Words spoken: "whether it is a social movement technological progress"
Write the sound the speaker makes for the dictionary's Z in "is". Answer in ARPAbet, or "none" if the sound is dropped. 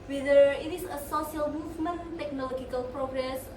S